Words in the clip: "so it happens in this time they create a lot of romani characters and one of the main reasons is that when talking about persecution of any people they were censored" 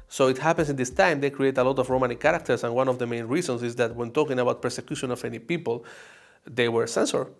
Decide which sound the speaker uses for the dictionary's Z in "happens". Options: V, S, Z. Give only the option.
S